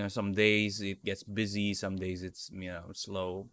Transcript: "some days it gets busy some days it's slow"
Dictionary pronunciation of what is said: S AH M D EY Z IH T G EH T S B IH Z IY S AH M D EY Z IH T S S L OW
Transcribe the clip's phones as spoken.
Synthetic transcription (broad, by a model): S AH M D EY Z IH T G EH T S B IH Z IY S AH M D EY Z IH T S S L OW